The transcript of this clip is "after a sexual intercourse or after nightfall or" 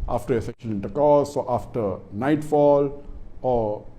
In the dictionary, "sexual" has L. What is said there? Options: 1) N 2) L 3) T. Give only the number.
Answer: 1